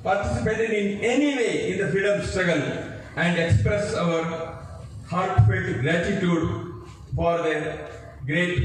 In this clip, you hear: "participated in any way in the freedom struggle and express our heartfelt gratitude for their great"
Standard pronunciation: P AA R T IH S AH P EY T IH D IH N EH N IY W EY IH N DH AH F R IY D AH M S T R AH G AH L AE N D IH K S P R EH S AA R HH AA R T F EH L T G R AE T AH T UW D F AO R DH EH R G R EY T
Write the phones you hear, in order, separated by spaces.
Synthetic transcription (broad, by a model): P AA R T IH S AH P EY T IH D IH N EH N IY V EY IH N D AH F IY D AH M S T R AH G AH L AE N D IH K S P R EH S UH R HH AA R T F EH T G R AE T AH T UW D F AO R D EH G R EY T